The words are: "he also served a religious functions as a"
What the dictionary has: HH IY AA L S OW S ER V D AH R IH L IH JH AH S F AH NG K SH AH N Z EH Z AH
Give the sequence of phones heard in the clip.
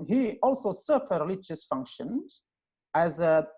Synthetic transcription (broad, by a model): HH IY AA L S OW S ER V AH R IH L IH JH AH S F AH NG K SH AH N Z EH Z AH